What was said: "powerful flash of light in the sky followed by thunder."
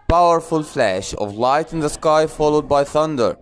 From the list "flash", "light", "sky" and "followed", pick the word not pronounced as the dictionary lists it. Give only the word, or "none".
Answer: none